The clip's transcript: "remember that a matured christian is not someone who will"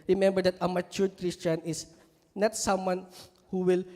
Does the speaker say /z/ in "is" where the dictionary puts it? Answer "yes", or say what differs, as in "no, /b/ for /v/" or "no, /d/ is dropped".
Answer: no, /s/ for /z/